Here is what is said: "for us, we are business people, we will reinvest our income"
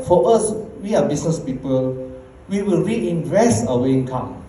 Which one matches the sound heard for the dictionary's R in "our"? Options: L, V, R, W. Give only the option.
W